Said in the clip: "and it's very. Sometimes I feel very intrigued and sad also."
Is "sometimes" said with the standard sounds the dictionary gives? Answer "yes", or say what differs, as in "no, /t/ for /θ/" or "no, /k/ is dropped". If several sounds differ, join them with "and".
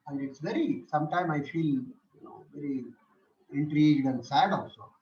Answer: no, /z/ is dropped